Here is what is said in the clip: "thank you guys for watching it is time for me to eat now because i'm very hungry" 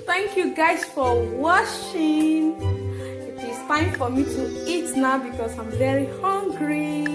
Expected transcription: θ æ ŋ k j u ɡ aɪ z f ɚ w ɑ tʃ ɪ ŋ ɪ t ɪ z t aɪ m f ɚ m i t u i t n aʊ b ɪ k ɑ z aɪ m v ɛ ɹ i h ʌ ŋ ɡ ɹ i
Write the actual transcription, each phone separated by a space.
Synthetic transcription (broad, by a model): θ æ ŋ k j u ɡ aɪ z f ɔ w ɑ ʃ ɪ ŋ ɪ t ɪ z t aɪ m f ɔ m i t u i t n aʊ b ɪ k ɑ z aɪ m v ɛ ɹ i h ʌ ŋ ɡ ɹ i